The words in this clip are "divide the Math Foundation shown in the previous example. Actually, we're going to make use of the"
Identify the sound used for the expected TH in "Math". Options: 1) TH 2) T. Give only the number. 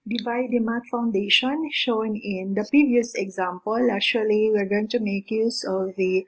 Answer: 2